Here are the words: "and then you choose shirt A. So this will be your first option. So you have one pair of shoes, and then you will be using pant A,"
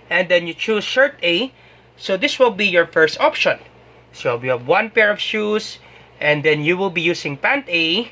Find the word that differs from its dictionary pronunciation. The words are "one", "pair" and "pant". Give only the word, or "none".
none